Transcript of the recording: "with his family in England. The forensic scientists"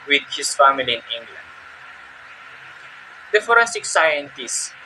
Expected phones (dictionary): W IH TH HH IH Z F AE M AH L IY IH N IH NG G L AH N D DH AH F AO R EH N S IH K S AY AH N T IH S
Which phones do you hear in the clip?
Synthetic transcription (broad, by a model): W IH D HH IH S F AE M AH L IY IH N IH NG G L AH N D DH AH F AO R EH S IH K S AY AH N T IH S